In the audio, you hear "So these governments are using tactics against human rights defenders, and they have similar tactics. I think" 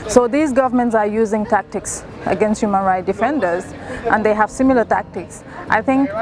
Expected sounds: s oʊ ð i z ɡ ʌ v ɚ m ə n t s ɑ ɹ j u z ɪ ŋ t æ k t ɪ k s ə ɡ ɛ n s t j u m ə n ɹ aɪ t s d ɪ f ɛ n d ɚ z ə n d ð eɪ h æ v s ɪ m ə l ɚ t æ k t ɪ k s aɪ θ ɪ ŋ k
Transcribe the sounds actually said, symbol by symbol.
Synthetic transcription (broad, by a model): s oʊ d i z ɡ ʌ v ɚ m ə n t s ɑ ɹ j u z ɪ ŋ t æ k t ɪ k s ə ɡ ɛ n s t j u m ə n ɹ aɪ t d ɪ f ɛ n d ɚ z ə n d eɪ h æ v s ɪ m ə l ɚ t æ k t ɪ k s aɪ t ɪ ŋ k